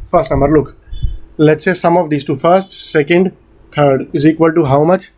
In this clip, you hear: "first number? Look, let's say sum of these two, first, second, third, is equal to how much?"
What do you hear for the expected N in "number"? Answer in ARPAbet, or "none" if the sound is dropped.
N